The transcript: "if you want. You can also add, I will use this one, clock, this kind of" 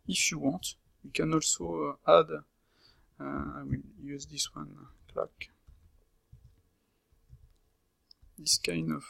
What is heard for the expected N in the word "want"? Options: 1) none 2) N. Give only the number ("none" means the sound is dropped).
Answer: 1